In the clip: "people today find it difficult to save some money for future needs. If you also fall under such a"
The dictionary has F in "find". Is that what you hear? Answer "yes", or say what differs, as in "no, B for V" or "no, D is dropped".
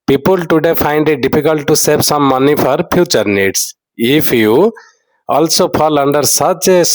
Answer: no, P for F